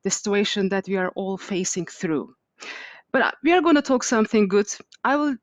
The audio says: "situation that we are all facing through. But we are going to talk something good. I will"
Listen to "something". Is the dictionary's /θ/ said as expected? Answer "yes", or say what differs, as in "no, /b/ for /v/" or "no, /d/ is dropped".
yes